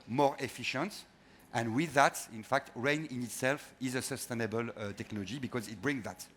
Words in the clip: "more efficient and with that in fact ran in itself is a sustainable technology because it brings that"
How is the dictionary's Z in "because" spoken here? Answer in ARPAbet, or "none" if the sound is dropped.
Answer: Z